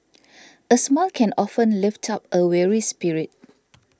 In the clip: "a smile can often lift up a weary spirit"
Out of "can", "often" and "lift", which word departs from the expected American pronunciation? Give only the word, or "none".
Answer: none